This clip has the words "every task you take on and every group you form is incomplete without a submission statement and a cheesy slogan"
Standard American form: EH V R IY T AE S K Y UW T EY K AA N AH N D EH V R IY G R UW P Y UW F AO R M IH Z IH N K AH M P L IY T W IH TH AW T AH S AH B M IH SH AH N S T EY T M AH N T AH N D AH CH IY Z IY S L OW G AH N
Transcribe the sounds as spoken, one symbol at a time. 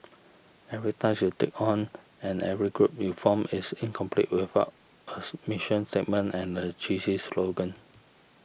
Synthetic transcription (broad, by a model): EH V R IY T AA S Y UW T EY K AA N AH N EH V R IY G R UW P Y UW F AO M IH S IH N K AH M P L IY T W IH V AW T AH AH M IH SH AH N S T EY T M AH N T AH N AH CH IY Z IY S L OW G AH N